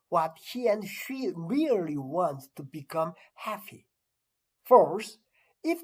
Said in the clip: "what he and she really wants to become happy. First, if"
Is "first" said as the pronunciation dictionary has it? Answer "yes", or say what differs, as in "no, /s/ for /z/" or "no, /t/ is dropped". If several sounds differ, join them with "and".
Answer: no, /t/ is dropped